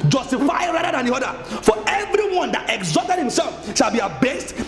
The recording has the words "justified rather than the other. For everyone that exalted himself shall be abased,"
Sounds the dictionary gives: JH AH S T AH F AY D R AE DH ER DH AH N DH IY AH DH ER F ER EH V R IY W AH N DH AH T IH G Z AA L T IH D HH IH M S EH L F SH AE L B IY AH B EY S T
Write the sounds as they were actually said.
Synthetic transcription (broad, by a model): JH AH S T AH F AY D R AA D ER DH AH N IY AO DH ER F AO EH V R IY W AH N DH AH T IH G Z AA T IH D HH IH M S EH L F SH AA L B IY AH B EY S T